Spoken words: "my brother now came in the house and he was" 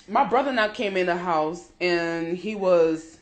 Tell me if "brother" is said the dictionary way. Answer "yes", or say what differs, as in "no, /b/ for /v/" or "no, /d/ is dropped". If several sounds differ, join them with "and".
yes